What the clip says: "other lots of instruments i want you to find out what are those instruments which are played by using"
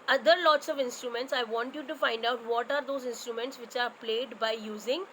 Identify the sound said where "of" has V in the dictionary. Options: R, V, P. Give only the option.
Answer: V